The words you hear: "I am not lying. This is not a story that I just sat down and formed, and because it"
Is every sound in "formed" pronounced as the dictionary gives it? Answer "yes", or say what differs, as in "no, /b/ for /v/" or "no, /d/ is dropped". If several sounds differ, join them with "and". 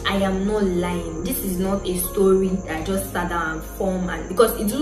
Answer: no, /d/ is dropped